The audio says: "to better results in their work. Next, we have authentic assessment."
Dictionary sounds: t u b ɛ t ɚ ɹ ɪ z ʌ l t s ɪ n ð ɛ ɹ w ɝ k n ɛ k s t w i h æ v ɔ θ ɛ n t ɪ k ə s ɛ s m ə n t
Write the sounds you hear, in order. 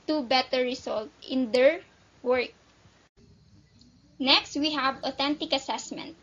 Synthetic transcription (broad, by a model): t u b ɛ t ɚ ɹ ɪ s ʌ l t ɪ n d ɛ ɹ w ɝ k n ɛ k s t w i h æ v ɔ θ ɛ n t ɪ k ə s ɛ s m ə n t